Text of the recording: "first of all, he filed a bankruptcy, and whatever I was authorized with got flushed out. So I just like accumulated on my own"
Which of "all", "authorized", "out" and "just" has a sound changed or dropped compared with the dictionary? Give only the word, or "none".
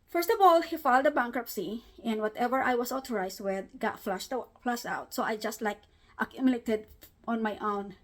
authorized